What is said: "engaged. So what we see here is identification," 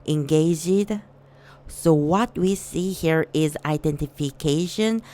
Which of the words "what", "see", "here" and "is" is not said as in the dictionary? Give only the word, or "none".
none